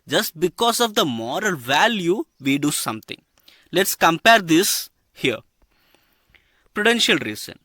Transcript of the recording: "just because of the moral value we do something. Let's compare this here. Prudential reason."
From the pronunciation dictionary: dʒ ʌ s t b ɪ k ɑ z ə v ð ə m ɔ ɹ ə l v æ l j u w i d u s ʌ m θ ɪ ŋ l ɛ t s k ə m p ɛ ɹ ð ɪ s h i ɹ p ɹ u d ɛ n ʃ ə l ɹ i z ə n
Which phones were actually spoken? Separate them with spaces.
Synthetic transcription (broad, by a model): dʒ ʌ s t b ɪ k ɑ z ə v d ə m ɔ ɹ ə l v æ l j u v i d u s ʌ m t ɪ ŋ l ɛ t s k ə m p ɛ ɹ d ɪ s h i ɹ p ɹ u d ɛ n ʃ ə l ɹ i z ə n